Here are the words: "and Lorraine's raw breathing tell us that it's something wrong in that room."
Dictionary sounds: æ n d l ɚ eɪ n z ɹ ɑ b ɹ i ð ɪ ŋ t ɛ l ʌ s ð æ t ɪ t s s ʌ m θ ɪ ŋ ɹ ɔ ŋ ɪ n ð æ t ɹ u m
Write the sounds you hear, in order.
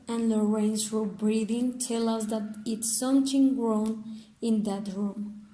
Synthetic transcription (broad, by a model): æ n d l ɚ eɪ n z w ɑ b ɹ i ð ɪ ŋ t ɛ l ʌ s ð æ t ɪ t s s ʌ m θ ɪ ŋ ɹ ɔ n ɪ n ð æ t ɹ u m